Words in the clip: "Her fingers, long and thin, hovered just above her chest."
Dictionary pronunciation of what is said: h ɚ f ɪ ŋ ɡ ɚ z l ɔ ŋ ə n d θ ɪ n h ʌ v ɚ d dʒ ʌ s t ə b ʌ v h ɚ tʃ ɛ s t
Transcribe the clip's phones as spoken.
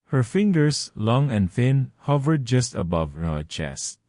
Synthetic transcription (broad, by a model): h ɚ f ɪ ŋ ɡ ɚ s l ɔ ŋ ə n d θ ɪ n h ʌ v ɚ d dʒ ʌ s t ə b ʌ v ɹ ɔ tʃ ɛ s t